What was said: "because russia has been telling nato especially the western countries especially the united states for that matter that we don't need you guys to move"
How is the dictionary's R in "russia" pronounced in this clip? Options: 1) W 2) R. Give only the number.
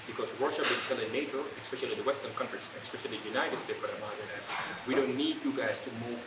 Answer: 1